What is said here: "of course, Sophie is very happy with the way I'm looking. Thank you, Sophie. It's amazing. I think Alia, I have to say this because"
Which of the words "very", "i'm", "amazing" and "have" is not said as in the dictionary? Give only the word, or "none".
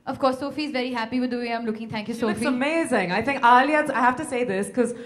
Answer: have